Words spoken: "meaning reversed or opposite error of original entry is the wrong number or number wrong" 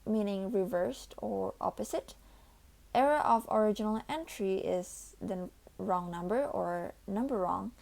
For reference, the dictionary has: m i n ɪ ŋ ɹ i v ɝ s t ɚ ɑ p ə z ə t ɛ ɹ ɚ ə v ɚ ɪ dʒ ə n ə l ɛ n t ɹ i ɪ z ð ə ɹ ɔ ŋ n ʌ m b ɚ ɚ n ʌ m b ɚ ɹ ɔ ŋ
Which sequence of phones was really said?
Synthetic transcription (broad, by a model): m i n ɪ ŋ ɹ i v ɝ s t ɚ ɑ p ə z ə t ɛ ɹ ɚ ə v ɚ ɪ dʒ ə n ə l ɛ n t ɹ i ɪ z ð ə ɹ ɔ ŋ n ʌ m b ɚ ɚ n ʌ m b ɚ ɹ ɔ ŋ